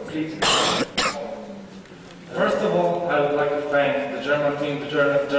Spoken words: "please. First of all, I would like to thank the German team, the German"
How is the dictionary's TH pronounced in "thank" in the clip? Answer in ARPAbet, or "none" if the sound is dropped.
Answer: F